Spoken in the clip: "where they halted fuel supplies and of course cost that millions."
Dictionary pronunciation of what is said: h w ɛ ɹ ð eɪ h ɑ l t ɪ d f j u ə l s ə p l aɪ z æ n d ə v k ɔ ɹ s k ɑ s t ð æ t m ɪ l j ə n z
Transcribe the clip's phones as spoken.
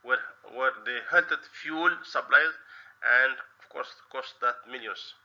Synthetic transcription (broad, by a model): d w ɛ ɹ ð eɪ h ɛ l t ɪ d f j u l s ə b l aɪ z æ n d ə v k ɔ ɹ s k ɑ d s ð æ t m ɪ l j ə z